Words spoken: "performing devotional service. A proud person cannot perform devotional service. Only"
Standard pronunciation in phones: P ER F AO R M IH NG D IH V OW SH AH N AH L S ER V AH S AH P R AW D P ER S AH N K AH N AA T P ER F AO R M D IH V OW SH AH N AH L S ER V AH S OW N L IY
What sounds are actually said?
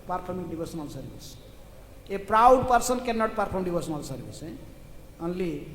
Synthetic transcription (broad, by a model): P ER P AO R M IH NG D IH B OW S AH N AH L S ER B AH S AH P R AW D P ER S AH N K AH N AA T P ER P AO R M D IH B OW S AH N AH L S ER B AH S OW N L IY